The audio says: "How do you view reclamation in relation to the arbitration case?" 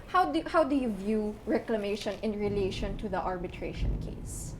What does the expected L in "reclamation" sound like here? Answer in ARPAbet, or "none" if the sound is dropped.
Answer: L